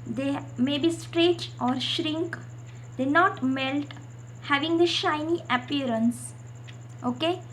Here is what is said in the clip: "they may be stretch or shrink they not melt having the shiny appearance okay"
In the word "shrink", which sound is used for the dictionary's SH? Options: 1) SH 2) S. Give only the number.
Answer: 1